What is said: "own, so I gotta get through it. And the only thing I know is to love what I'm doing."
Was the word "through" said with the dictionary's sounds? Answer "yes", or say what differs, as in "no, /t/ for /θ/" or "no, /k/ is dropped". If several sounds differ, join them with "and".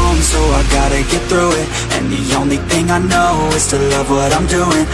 yes